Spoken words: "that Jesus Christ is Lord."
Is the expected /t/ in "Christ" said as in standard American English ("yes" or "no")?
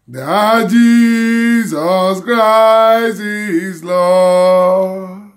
no